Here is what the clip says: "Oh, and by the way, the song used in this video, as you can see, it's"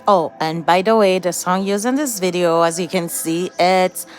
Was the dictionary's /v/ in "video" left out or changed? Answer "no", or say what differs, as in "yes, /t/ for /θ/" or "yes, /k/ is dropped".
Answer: no